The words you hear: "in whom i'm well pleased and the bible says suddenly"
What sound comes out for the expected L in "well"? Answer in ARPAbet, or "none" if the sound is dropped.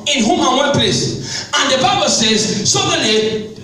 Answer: N